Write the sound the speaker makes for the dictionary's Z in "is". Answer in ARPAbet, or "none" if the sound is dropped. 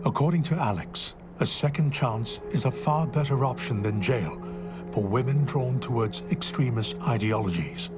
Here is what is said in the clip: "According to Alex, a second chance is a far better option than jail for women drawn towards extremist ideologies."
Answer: Z